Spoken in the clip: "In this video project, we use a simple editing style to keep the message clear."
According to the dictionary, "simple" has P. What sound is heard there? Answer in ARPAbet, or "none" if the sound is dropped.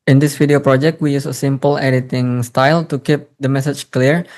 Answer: P